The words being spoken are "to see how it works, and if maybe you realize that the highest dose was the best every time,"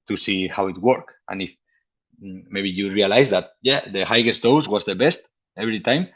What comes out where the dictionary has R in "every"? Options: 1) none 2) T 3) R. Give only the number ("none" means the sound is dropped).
3